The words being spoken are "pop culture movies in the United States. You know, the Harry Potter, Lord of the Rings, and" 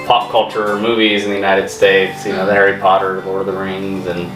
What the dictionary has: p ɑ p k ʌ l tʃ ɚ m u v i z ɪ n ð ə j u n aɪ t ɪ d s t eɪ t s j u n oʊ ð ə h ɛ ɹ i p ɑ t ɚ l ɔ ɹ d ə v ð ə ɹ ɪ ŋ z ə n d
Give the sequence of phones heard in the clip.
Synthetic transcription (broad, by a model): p ɑ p k ʌ l tʃ ɚ m u v i z ɪ n ð ə j u n aɪ t ɪ d s t eɪ t s j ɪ n oʊ ð ə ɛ ɹ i p ɑ t ɚ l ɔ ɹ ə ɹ ð ə ɹ ɪ ŋ z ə n